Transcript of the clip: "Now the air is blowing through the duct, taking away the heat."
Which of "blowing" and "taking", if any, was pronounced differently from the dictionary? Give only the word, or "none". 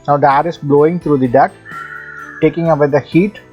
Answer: none